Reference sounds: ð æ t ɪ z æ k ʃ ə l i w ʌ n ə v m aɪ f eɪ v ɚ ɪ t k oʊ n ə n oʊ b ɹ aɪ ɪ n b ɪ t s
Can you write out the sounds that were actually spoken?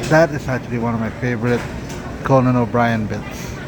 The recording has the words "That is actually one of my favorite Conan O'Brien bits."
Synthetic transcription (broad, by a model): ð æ t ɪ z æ k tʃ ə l i w ʌ n ə v m aɪ f eɪ v ɚ ɪ t k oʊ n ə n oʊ b ɹ aɪ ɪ n b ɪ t s